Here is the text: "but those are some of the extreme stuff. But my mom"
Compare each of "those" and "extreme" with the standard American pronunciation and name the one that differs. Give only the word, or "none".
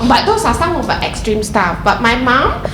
those